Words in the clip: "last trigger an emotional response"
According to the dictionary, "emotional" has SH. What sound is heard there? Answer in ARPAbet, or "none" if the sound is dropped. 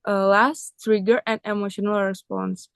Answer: SH